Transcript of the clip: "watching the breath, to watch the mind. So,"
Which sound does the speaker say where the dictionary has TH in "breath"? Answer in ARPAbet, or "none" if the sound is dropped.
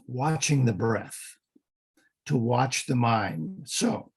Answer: TH